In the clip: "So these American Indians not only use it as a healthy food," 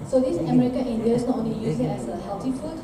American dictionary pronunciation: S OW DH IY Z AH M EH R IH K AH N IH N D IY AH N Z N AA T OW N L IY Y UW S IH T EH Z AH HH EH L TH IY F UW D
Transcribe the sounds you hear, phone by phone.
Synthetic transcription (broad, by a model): S OW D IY S AH M EH R IH K AH N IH N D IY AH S N AA T OW N L IY Y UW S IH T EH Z AH HH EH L T IY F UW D